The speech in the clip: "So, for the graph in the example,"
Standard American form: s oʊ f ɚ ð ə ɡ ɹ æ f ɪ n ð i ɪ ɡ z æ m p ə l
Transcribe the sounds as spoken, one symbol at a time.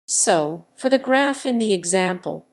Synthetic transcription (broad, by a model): s oʊ f ɚ ð ə ɡ ɹ æ f ɪ n ð i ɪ ɡ z æ m p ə l